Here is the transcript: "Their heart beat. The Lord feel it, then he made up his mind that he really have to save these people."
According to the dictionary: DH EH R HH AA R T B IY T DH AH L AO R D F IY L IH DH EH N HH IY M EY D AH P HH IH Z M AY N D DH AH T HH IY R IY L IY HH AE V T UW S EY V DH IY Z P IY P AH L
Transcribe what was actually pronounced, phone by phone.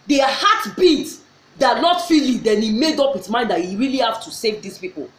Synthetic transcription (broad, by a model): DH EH HH AA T B IY T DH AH N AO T F IY L IH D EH N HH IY M EY D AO P HH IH S M AY N D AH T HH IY R IY L IY HH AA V T UW S EY V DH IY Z P IY P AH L